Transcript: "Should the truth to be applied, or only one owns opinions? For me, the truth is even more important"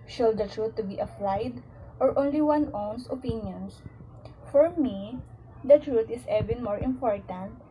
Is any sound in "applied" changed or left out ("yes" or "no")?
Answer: yes